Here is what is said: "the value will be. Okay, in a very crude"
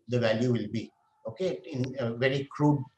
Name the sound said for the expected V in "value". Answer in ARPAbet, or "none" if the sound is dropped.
V